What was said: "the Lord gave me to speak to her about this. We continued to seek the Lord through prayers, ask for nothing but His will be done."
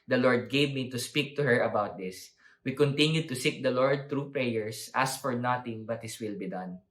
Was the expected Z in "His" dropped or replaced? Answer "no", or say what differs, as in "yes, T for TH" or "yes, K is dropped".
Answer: yes, S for Z